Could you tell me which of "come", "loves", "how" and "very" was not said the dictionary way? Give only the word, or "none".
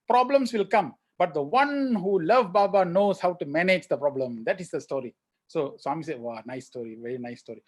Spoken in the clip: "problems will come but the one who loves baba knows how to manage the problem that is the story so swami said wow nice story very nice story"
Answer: loves